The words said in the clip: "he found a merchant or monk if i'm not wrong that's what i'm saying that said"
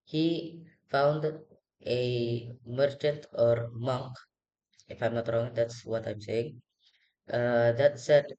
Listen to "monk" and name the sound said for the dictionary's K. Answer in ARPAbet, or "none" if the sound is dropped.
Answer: K